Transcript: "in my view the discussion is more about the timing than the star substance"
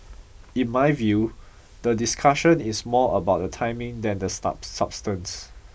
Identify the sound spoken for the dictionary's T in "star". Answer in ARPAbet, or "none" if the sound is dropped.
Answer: S